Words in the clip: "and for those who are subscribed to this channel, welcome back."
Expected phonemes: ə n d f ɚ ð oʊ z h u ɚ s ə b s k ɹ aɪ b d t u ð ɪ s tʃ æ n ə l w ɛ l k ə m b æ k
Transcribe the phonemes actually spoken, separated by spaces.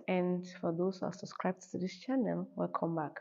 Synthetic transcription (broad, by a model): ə n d f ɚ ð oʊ s h u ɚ s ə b s k ɹ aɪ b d t u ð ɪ s tʃ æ n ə l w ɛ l k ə m b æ k